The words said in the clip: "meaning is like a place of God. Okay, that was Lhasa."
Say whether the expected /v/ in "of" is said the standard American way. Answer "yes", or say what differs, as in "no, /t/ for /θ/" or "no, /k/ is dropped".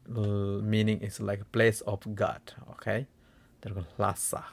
no, /f/ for /v/